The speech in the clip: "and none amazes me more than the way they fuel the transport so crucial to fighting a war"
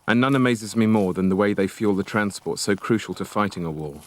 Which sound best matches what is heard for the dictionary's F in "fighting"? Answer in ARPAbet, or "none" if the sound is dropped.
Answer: F